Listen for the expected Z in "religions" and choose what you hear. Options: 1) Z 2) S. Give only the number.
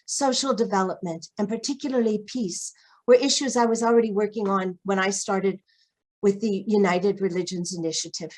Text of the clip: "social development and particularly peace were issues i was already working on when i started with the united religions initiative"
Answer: 1